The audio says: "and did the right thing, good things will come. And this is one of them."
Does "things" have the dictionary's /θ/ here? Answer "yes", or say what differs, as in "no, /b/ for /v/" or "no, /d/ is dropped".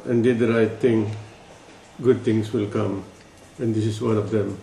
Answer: no, /t/ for /θ/